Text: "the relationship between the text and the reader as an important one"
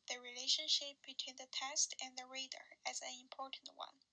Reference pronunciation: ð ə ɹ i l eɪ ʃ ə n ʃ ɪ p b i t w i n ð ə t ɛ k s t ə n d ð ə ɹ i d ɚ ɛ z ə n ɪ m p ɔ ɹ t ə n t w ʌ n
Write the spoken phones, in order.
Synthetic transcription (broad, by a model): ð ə ɹ i l eɪ ʃ ə n ʃ ɪ p b i t w i n ð ə t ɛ s t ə n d ð ə ɹ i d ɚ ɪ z ə n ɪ m p ɔ ɹ t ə n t w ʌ n